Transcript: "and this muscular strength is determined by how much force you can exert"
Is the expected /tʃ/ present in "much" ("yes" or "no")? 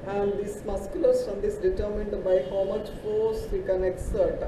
yes